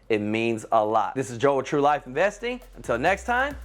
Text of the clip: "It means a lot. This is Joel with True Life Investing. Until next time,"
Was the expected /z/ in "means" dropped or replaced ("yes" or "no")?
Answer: no